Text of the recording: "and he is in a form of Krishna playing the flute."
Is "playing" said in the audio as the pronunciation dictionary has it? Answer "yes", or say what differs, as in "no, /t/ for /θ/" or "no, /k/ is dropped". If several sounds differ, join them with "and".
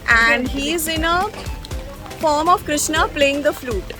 yes